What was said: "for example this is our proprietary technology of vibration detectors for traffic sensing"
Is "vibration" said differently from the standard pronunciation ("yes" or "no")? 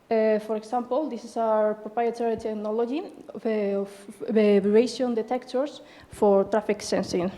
yes